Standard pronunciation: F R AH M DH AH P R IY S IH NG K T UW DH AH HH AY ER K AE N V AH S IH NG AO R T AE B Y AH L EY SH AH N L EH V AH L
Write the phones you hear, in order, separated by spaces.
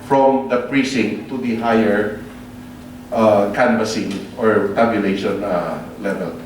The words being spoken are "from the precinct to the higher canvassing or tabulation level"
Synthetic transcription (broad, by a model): F R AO M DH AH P R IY S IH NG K T UW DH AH HH AY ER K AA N B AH S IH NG AO R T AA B Y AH L EY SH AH N L EH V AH L